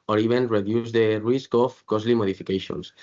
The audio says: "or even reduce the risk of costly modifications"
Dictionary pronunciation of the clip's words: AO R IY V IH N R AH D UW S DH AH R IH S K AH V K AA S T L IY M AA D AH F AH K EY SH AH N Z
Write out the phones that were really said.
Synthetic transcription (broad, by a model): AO R IY B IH N R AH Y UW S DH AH R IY S K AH F K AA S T L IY M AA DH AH F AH K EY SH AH N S